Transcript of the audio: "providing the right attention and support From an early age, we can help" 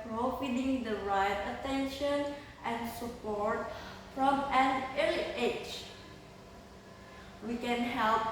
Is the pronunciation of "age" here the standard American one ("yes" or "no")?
no